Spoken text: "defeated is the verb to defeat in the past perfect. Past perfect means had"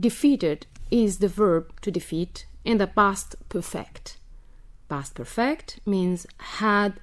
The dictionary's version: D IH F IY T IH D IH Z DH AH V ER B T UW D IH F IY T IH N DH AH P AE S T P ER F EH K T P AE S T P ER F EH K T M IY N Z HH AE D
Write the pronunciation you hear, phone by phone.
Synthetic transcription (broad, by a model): D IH F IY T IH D IH Z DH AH V ER B T UW D IH F IY T IH N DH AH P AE S T P ER F EH K T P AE S T P ER F EH K T M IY N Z HH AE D